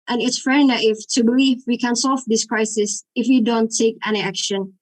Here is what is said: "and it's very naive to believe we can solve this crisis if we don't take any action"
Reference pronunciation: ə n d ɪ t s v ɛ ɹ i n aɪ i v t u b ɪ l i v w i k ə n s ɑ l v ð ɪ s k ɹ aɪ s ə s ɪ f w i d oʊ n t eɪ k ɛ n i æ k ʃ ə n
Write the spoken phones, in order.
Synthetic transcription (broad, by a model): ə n ɪ t s f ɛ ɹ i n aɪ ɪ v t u b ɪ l i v w i k ə n s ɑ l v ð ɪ s k ɹ aɪ s ə s ɪ f w i d oʊ n t eɪ k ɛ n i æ k ʃ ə n